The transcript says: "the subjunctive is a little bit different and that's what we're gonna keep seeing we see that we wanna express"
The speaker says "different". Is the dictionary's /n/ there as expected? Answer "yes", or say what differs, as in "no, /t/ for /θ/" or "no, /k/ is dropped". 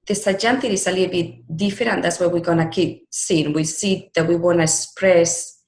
no, /n/ is dropped